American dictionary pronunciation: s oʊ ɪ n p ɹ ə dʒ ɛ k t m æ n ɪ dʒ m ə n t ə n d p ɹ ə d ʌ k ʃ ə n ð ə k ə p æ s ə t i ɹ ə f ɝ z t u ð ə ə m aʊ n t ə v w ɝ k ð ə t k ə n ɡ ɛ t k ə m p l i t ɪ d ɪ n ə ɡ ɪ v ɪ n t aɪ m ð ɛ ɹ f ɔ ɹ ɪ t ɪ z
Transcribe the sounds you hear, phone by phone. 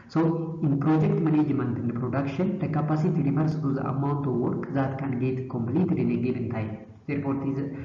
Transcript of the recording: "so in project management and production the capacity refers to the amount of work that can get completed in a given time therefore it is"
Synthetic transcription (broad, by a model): s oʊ ɪ n p ɹ ə dʒ ɛ k t m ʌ n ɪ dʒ m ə n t ə n d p ɹ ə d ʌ k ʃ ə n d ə k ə p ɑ s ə t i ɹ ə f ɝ s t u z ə ə m aʊ n t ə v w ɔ k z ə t k ə n ɡ ɛ t k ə m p l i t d ɪ n ə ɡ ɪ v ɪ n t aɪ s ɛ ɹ p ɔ ɹ t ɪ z